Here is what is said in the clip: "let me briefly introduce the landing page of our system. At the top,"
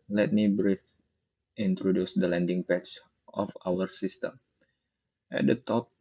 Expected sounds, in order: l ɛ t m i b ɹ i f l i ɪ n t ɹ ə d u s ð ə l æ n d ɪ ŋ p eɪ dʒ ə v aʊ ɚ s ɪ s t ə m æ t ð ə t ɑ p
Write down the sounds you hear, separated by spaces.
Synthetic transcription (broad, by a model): l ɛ t m i b ɹ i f i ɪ n t ɹ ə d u s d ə l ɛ n d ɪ ŋ p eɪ tʃ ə f aʊ ɚ s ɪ s t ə m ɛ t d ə t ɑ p